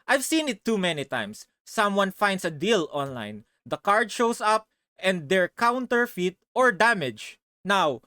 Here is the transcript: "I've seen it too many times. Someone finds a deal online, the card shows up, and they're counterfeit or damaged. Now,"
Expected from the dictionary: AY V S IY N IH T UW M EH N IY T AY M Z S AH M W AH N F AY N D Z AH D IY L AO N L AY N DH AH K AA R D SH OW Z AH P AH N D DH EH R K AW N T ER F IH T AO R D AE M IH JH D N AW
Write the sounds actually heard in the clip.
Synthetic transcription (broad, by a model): AY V S IY N IH T UW M EH N IY T AY M S AH M W AH N F AY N D S AH D IY L AO N L AY N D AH K AA R D SH OW S AH P AH N D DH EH R K AW N T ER F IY T AO R D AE M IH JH N AW